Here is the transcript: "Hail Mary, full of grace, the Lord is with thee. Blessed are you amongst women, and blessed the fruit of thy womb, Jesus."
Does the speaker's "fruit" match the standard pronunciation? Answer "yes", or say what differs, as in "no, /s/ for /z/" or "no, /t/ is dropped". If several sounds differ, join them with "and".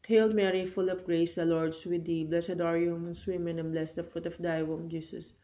yes